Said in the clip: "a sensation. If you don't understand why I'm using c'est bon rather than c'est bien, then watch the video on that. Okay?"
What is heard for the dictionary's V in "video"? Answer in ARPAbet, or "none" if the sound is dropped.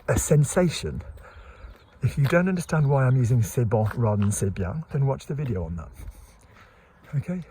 V